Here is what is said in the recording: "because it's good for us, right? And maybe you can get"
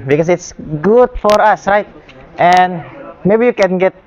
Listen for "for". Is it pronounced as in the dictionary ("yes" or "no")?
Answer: yes